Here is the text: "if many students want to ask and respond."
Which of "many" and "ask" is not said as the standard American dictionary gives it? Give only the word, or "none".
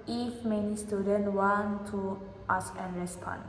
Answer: ask